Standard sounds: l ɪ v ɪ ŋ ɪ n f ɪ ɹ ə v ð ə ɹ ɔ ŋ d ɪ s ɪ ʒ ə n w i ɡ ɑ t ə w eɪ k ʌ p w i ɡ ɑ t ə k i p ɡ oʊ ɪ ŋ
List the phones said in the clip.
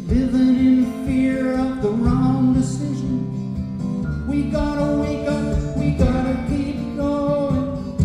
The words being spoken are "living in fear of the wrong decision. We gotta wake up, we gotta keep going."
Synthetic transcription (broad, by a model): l ɪ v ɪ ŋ ɪ n f ɪ ɹ ə v ð ə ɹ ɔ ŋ d ɪ s ɪ ʒ ə n w i ɡ ɑ t ə w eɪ k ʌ w i ɡ ɑ t ə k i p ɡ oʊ